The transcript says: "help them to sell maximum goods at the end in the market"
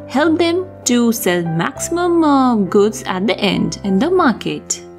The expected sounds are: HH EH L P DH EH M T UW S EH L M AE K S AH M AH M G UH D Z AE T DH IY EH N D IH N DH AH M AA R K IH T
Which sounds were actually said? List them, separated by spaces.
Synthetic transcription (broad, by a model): HH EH L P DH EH M T UW S EH L M AE K S AH M AH M G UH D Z AE T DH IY EH N D IH N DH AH M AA R K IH T